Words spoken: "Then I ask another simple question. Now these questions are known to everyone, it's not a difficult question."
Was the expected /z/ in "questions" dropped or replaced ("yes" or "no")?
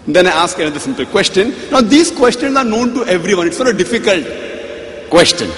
yes